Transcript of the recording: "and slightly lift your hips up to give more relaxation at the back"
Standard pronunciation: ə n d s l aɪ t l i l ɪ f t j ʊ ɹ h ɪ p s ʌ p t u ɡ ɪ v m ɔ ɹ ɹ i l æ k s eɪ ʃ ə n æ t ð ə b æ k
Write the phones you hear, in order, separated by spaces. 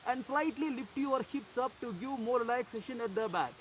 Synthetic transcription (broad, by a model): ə n d s l aɪ t l i l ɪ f t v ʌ ɹ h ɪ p s ʌ p t u ɡ ɪ v m ɔ ɹ l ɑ æ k s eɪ ʃ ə n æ t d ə b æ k